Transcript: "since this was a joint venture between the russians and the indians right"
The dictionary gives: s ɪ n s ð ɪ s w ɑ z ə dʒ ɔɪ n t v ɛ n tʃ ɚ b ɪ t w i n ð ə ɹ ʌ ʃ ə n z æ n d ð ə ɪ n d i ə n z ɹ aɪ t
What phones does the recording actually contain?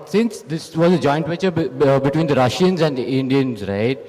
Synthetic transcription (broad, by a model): s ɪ n s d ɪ s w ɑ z ə dʒ ɔɪ n t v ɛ tʃ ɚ b ɪ t w i n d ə ɹ ʌ ʃ ə n z æ n d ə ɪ n d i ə n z ɹ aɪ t